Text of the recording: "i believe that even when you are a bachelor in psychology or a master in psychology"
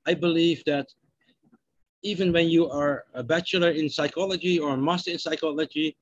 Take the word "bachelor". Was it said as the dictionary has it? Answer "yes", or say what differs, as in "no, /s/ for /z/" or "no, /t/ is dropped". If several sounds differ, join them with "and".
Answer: yes